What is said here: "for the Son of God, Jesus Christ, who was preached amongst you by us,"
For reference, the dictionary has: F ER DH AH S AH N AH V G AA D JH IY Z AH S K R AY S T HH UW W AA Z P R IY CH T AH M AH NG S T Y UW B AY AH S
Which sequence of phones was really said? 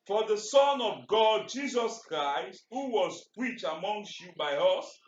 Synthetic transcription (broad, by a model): F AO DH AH S AH N AH V G AA D JH IY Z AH S K R AY S T HH UW W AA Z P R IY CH AH M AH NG S T Y UW B AY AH S